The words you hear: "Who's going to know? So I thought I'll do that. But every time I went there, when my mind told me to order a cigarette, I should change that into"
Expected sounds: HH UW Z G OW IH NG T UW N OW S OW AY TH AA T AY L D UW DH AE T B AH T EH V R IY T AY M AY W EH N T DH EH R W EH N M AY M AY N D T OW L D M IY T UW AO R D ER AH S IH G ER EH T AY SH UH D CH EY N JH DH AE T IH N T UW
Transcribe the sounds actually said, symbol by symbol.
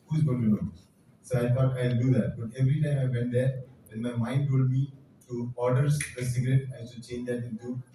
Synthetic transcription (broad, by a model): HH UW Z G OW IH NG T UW N OW S OW AY T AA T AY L D UW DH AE T B AH T EH V R IY T AY M AY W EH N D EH R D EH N M AY M AY N D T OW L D M IY T UW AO R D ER AH S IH G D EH T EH S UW CH EY N JH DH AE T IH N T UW